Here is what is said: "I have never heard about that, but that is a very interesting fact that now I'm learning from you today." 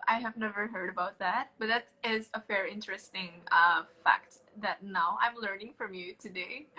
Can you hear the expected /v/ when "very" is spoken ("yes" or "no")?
no